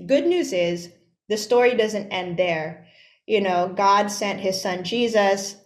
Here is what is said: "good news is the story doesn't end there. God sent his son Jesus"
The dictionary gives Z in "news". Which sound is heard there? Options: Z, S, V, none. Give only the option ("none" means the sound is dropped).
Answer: Z